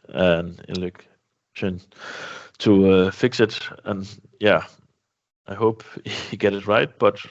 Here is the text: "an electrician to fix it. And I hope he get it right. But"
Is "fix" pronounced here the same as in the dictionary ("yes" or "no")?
yes